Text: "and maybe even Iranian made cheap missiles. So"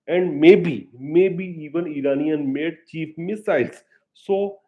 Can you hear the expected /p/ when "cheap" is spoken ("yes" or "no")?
no